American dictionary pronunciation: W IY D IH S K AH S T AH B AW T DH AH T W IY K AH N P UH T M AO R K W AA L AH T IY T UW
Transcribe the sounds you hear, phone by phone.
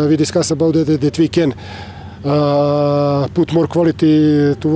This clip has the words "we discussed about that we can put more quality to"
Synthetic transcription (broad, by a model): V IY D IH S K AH S AH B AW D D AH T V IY K AH N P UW T M AO R K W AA L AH T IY T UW